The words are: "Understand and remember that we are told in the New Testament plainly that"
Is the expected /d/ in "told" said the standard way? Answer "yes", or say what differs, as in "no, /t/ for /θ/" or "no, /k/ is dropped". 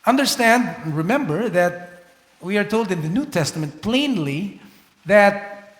yes